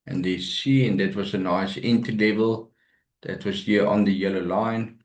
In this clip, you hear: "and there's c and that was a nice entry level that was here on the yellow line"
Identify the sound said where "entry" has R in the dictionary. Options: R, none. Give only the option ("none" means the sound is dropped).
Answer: none